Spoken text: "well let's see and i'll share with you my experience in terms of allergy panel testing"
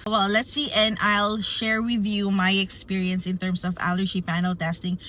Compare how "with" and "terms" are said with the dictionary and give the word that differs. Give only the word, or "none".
terms